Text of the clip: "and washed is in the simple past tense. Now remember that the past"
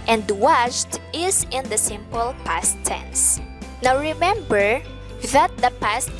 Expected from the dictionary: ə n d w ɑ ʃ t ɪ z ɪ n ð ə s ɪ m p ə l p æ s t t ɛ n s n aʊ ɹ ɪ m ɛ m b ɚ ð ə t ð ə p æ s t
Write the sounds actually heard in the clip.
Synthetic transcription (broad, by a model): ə n d w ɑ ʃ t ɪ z ɪ n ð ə s ɪ m p ə l p æ s t s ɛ n s n aʊ ɹ ɪ m ɛ m b ɚ ð ə t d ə p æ s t